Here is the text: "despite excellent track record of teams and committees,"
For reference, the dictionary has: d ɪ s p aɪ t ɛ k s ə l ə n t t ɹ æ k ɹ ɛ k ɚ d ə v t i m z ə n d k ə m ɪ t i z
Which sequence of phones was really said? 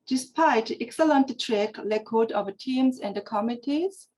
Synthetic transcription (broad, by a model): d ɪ s p aɪ t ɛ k s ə l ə n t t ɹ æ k l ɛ k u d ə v t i m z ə n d k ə m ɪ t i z